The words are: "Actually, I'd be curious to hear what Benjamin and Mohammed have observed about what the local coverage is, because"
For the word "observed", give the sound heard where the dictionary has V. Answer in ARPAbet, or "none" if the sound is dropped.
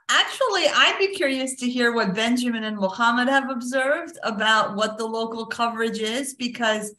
V